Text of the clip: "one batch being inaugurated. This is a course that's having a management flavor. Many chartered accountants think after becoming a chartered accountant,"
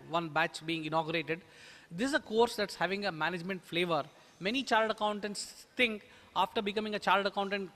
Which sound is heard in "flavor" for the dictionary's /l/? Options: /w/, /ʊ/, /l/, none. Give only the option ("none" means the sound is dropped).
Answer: /l/